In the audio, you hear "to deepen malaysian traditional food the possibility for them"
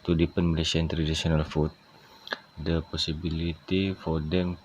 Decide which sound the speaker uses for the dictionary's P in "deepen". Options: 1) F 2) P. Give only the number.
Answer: 2